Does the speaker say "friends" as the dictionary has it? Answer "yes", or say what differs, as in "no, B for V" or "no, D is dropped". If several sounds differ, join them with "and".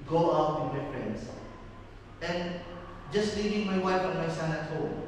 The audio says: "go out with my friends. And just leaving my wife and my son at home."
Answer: no, S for Z